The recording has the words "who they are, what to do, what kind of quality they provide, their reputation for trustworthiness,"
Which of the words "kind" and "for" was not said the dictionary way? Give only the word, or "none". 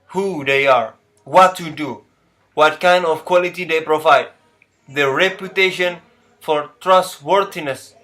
none